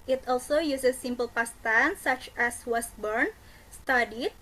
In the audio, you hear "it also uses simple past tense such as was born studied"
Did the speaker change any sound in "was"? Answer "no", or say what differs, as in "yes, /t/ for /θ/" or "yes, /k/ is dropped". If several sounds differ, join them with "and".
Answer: yes, /s/ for /z/